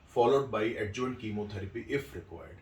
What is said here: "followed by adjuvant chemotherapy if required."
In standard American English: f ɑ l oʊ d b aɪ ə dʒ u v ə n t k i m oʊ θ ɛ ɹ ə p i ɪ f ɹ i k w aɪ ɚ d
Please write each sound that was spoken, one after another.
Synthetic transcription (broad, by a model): f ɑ l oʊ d b aɪ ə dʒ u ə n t k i m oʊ t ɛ ɹ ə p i ɪ f ɹ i k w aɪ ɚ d